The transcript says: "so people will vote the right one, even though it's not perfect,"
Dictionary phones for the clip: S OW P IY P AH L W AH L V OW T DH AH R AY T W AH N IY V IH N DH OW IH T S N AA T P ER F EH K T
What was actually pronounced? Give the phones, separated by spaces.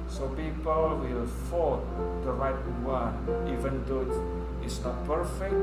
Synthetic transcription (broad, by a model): S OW P IY P AH L W AH L F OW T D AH R AY T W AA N IY V IH N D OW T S N AA T P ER F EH K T